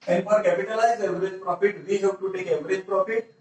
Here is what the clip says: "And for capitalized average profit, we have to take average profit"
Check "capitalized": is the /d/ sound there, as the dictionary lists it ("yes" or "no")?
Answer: no